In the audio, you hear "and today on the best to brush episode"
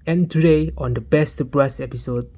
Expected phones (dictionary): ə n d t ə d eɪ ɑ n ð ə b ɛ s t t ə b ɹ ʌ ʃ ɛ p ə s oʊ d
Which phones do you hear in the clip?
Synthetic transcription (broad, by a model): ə n t ə d eɪ ɑ n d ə b ɛ s t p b ɹ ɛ s ɛ p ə s oʊ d